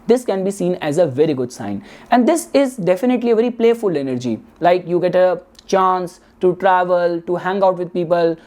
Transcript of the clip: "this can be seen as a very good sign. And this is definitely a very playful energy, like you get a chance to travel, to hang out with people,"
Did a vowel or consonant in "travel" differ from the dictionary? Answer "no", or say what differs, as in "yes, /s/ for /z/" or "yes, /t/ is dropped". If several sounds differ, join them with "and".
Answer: no